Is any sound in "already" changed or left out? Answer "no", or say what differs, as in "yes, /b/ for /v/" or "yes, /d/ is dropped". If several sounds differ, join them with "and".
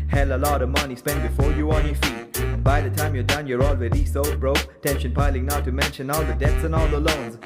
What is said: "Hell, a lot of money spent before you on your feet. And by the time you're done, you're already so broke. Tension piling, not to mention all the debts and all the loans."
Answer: yes, /w/ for /ɹ/